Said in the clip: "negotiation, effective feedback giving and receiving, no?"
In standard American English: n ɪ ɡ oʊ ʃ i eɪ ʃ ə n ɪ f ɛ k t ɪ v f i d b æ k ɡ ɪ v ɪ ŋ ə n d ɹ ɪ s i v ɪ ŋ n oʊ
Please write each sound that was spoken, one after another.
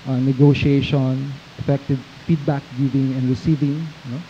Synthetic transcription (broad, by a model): n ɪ ɡ oʊ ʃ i eɪ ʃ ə n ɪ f ɛ k t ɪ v f i d b æ k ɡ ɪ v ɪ ŋ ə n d ɹ ɪ s i v ɪ ŋ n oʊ